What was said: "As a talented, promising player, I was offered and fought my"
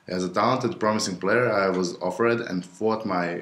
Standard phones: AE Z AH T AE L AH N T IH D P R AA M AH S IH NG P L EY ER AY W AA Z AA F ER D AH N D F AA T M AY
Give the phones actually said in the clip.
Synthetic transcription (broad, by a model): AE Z AH T AE L AH N T IH D P R AA M AH S IH NG P L EY ER AY W AA Z AA F ER D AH N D F AA T M AY